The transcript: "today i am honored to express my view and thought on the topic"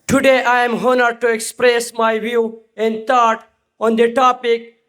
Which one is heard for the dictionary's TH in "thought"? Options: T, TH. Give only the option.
T